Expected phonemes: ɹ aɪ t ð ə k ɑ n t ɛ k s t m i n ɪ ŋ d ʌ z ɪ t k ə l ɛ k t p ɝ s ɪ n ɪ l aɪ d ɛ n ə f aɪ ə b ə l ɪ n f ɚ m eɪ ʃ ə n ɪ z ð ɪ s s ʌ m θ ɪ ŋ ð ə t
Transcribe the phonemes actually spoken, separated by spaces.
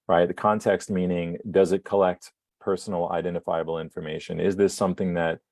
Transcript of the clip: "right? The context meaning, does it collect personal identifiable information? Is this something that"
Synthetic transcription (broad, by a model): ɹ aɪ t ð ə k ɑ n t ɛ k s t m i n ɪ ŋ d ʌ z ɪ t k ə l ɛ k t p ɝ s n l aɪ d ɛ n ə f aɪ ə b l ɪ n f ɚ m eɪ ʃ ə n ɪ z ð ɪ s s ʌ m θ ɪ ŋ ð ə t